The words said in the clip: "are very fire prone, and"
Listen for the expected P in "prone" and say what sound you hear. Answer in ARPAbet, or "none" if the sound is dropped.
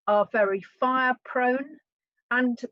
P